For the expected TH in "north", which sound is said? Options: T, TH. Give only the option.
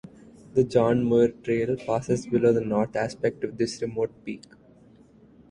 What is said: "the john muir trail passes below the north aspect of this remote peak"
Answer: T